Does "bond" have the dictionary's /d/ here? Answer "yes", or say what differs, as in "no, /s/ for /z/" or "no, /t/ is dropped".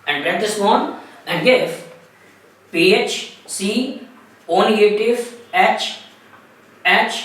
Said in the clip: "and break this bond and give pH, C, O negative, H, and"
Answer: no, /d/ is dropped